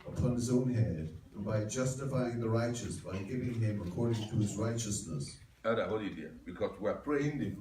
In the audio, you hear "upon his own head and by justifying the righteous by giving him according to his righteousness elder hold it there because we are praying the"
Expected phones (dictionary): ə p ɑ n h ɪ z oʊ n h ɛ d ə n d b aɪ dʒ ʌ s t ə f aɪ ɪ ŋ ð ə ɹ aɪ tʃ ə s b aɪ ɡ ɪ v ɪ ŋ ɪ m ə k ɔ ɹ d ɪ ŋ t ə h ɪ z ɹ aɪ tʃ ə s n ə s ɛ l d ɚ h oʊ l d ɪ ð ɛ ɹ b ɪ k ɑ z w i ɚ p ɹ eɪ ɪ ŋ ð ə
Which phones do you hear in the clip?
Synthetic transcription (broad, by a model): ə p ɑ n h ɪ z oʊ n h ɛ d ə b aɪ dʒ ʌ s t ə f aɪ ɪ ŋ ð ə ɹ aɪ tʃ ə s b aɪ ɡ ɪ v ɪ ŋ ɪ m ə k ɔ ɹ d ɪ ŋ t ə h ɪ z ɹ aɪ tʃ ə s n ə s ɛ d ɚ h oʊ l ɪ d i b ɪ k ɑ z w i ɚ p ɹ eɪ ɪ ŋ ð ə